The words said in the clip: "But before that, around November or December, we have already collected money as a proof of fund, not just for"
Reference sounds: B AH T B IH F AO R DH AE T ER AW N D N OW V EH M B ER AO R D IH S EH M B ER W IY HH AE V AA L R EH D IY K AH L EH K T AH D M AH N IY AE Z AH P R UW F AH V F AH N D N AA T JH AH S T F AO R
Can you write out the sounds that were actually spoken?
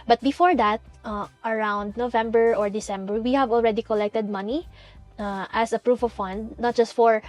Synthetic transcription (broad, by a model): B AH T B IH F AO R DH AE T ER AW N D N OW V EH M B ER AO R D IH S EH M B ER W IY HH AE V AA L R EH D IY K AH L EH K T AH D M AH N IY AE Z AH P R UW F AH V F AH N D N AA T JH AH S T F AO R